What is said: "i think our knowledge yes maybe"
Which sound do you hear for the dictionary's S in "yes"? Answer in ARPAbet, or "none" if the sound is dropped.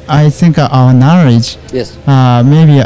none